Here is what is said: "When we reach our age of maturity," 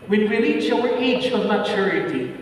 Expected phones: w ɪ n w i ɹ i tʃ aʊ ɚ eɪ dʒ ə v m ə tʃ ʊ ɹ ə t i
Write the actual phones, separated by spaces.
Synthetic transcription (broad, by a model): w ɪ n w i l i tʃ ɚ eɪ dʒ ə v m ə tʃ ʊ ɹ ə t i